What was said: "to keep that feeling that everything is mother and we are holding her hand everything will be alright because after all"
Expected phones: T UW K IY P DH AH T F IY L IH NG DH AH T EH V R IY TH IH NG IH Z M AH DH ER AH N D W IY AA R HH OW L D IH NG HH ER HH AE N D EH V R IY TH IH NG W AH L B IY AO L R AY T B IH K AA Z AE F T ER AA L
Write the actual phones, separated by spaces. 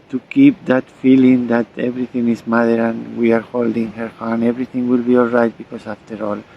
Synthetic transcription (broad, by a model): T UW K IY P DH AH T F IY L IH NG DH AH T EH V R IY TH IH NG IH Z M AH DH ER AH N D W IY AA R HH OW L D IH NG HH ER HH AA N EH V R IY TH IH NG W AH L B IY AO L R AY T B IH K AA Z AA F T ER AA L